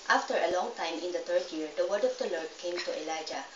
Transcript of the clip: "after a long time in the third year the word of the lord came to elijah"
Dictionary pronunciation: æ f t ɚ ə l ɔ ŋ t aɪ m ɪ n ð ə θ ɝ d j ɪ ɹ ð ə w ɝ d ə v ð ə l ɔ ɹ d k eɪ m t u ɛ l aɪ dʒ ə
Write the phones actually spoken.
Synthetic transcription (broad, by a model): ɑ f t ɚ ə l ɔ ŋ t aɪ m ɪ n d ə t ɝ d j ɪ ɹ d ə w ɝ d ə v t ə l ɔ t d k eɪ m t u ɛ l aɪ dʒ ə